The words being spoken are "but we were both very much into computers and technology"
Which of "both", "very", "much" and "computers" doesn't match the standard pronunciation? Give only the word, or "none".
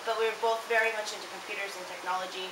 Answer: none